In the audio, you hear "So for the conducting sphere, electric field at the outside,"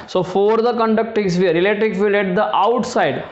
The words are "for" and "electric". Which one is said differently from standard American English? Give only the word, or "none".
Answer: electric